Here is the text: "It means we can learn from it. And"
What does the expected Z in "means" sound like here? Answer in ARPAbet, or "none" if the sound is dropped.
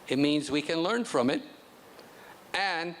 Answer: Z